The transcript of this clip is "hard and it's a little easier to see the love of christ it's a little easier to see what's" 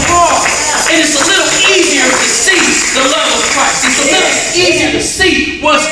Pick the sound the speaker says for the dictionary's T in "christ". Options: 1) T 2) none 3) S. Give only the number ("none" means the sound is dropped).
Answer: 2